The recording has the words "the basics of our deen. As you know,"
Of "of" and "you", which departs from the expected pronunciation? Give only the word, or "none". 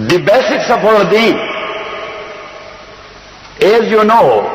of